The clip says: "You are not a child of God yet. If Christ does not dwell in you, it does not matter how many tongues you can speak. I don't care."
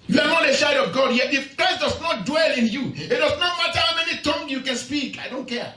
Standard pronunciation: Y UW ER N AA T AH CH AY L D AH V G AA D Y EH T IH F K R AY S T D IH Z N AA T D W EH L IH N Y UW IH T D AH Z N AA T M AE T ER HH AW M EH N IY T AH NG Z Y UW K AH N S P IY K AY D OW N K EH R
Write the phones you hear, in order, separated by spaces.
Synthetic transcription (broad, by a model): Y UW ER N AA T AH SH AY D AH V G AA D Y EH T IH F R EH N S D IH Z N AA T D W EH L IH N Y UW IH T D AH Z N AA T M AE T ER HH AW M EH N IY T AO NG Y UW K AH N S P IY K AY D OW N K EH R